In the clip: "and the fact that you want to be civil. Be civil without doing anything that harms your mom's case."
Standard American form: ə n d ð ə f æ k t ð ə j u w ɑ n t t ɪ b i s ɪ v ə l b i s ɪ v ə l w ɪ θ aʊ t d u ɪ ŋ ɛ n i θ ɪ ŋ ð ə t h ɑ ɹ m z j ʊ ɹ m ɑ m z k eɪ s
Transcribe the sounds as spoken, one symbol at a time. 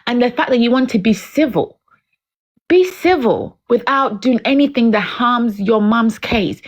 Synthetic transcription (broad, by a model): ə n ð ə f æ k ð ə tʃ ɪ w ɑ n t t ɪ b i s ɪ v ə l b i s ɪ v ə l w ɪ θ aʊ t d u ɪ ŋ ɛ n i θ ɪ ŋ ð ə t h ɑ ɹ m z j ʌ ɹ m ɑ m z k eɪ s